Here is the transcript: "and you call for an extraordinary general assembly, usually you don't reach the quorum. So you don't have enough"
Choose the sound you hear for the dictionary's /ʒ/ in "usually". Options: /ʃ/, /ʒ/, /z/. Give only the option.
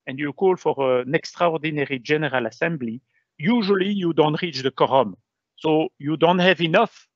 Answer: /ʒ/